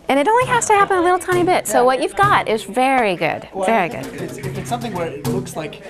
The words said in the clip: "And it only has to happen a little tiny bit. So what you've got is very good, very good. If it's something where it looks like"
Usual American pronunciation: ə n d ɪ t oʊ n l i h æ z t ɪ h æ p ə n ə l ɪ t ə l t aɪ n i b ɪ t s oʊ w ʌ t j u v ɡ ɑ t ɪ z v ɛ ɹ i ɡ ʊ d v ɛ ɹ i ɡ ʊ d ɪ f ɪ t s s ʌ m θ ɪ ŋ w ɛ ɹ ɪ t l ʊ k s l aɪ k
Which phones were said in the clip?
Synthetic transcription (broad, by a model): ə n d ɪ t oʊ n l i h æ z t ɪ h æ p ə n ə l ɪ t l t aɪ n i b ɪ t s oʊ w ʌ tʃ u v ɡ ɑ t ɪ z v ɛ ɹ i ɡ ʊ d v ɛ ɹ i ɡ ʊ d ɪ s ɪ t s s ʌ m θ ɪ ŋ w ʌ ɹ ɪ t l ʊ k s l aɪ k